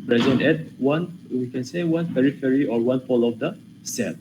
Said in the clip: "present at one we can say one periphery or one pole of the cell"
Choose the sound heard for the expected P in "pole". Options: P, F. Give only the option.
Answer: F